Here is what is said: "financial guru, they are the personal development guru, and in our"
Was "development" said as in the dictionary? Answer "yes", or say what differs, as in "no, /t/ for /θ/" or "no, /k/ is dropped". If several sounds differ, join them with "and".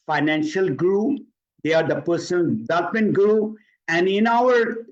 no, /m/ is dropped